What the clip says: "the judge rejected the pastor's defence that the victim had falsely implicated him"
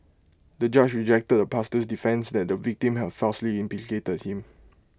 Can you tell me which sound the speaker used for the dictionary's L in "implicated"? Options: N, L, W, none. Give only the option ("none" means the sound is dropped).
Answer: none